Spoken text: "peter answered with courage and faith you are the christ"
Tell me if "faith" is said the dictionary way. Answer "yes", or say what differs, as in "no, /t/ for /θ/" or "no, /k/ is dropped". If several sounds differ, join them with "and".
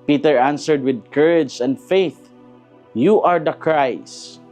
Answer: yes